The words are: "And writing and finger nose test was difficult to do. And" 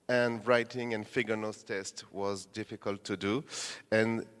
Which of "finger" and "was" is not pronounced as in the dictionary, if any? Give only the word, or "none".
finger